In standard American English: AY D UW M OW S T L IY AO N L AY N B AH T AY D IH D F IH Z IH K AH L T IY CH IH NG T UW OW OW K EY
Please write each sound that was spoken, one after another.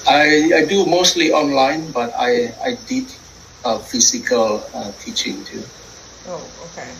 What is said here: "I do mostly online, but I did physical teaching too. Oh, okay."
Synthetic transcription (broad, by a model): AY D UW M OW S T L IY AO N L AY N B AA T AY D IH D F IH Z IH K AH L T IY CH IH NG T UW OW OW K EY